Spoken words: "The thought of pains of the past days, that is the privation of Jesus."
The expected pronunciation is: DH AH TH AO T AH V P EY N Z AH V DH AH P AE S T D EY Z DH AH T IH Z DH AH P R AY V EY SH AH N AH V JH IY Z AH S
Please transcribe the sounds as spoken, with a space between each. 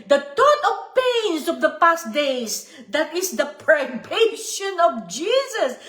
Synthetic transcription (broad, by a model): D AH T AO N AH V P EY N S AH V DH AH P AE S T D EY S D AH T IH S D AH P R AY B EY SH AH N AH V JH IY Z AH S